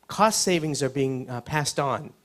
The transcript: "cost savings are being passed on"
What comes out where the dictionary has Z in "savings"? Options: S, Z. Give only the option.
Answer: Z